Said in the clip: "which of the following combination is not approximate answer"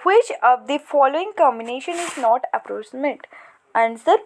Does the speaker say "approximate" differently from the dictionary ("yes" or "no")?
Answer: yes